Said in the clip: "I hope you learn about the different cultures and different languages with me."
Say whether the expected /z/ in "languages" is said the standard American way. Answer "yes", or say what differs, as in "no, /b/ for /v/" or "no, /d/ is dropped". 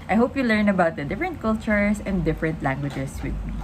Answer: no, /s/ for /z/